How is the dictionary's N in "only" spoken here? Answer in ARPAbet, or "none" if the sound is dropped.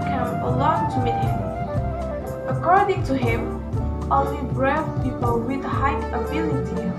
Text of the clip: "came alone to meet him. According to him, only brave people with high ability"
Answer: none